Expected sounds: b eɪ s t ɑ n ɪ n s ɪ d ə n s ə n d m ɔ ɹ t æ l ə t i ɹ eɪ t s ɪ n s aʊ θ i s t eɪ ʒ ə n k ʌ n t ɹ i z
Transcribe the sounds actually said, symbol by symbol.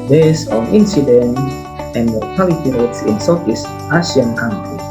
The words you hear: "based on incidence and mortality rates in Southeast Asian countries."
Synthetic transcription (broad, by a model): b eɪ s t ɑ n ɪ n s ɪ d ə n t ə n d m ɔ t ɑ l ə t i ɹ eɪ t s ɪ n s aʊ f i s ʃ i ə n k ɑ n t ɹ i